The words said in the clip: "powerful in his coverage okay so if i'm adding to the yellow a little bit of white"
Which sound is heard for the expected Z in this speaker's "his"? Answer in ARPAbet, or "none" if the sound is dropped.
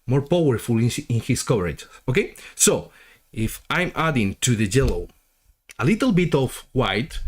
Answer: S